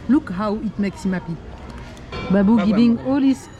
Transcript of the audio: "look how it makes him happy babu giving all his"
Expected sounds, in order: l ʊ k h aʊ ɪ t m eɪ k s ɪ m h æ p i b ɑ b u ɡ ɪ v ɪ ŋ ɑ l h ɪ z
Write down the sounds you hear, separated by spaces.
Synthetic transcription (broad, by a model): l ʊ k h aʊ ɪ t m eɪ k s ɪ m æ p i b ɑ b u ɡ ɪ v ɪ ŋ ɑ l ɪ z